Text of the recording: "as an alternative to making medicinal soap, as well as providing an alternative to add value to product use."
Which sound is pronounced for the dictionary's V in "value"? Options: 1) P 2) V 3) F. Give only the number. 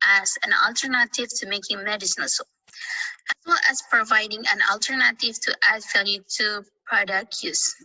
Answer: 3